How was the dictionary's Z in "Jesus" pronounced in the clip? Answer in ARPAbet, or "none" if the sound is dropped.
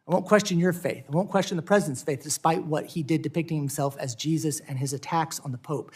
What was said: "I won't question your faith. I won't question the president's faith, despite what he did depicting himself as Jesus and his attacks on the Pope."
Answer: Z